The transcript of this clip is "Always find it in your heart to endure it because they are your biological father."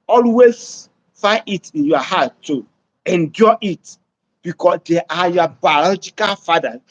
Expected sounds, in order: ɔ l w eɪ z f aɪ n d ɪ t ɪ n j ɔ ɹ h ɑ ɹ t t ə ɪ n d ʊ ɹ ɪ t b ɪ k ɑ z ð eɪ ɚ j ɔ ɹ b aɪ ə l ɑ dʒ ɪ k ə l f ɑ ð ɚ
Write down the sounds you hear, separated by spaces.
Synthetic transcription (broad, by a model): ɔ l w eɪ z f aɪ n ɪ t ɪ n j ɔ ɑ h ɑ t t ə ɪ n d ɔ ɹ ɪ t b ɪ k ɑ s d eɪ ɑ j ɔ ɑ b aɪ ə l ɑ dʒ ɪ k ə l f ɑ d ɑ